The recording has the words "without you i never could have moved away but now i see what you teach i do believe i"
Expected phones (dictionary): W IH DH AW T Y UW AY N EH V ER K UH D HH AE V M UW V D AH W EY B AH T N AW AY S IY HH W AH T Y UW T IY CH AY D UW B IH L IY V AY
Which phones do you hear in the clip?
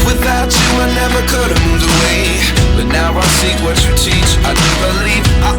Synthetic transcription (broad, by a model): W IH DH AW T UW AY N EH V ER K UH D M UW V AH W EY B AH T N AW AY S IY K W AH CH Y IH T IY CH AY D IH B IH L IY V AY